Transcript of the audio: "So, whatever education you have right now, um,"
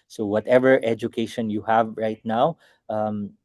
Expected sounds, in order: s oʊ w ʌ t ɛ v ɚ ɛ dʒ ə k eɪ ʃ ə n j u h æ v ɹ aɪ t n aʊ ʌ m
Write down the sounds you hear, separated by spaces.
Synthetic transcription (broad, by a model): s oʊ w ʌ t ɛ v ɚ ɛ dʒ ə k eɪ ʃ ə n j u h æ v ɹ aɪ t n aʊ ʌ m